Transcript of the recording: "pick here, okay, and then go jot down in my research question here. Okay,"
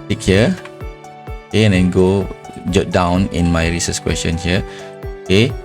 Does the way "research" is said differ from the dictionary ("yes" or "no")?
yes